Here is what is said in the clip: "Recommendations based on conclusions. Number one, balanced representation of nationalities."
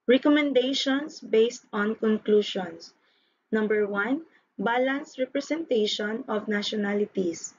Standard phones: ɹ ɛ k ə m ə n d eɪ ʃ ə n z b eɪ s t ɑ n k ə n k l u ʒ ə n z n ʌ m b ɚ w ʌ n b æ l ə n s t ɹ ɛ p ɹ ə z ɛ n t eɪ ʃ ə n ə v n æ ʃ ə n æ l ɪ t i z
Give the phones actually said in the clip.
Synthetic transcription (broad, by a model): ɹ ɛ k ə m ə n d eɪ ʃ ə n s b eɪ s t ɑ n k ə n k l u ʃ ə n s n ʌ m b ɚ w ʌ n b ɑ l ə n s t ɹ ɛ p ɹ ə s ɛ n t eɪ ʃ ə n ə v n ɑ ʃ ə n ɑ l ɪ t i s